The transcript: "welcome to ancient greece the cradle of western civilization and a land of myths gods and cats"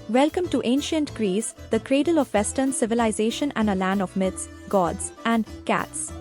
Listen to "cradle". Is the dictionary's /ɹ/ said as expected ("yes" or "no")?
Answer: yes